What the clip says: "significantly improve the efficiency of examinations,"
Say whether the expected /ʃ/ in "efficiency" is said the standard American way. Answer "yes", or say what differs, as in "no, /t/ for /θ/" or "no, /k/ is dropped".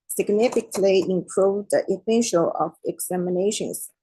no, /s/ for /ʃ/